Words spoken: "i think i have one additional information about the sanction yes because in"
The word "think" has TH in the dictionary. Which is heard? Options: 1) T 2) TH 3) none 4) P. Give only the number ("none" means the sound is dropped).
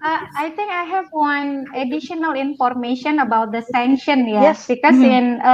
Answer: 1